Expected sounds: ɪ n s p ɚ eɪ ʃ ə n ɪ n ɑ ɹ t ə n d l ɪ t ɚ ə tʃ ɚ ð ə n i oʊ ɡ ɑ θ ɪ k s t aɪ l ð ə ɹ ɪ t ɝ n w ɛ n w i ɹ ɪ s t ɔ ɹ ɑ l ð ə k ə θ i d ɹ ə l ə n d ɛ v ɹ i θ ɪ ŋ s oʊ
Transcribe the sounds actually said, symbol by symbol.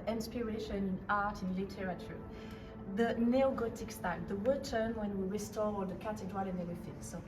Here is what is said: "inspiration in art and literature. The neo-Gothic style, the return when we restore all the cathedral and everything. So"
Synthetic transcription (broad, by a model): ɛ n s p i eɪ ʃ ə n ɪ n ɑ ɹ t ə n l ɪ t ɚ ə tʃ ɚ ð ə n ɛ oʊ ɡ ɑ t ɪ k s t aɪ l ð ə w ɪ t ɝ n w ɛ n w i ɹ ɪ s t ɔ ɹ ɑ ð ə k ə t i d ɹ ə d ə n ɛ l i f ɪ s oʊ